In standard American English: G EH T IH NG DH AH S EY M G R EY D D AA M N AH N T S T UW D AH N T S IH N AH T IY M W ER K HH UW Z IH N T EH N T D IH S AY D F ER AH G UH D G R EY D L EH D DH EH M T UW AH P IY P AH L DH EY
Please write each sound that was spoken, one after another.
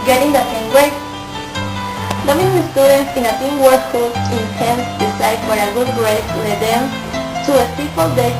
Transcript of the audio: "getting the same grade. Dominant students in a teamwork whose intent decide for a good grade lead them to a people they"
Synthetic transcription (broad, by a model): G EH T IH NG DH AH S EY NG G W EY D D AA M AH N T S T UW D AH N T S IH N AH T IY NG W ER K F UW IH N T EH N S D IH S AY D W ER AH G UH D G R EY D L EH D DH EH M T UW AH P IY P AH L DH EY